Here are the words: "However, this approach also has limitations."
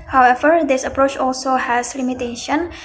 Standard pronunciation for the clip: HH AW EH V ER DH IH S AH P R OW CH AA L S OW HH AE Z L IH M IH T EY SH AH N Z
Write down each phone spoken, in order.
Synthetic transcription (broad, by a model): HH AW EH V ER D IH S AH P R OW CH AA L S OW HH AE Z L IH M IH T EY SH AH N